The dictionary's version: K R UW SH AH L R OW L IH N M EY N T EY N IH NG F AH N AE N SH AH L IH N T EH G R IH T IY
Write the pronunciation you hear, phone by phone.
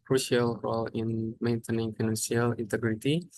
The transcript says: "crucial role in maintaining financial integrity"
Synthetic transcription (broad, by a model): K R UW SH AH L R OW L IH N M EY N T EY N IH NG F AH N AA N S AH L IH N T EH G R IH T IY